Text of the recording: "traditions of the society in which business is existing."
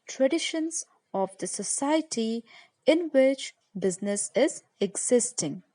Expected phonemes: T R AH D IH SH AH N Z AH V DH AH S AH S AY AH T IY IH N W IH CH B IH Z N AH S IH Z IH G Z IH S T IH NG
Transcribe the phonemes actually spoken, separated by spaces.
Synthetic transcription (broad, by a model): T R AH D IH SH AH N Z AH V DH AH S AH S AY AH T IY IH N W IH CH B IH Z N AH S IH Z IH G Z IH S T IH NG